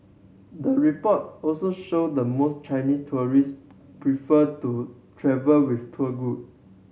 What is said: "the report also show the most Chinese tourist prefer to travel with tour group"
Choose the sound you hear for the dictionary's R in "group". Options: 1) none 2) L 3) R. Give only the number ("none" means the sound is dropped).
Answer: 1